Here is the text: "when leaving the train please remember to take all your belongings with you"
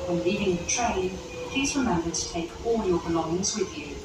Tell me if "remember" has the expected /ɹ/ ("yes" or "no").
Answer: no